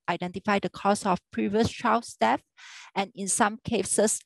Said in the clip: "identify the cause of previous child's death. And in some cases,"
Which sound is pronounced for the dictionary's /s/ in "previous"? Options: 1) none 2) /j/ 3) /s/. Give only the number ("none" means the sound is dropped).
3